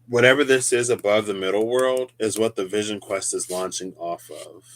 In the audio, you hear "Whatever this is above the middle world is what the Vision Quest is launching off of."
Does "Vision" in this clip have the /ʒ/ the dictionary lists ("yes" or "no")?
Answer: yes